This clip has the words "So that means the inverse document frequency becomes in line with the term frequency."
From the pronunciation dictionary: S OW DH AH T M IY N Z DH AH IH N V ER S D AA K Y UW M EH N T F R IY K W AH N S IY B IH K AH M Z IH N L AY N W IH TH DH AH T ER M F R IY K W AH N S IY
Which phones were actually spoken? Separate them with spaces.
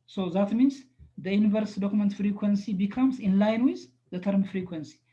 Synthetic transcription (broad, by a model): S OW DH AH T M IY N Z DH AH IH N V ER S D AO K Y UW M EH N T F R IY K W AH N S IY B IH K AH M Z IH N L AY N W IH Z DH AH T ER M F R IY K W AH N S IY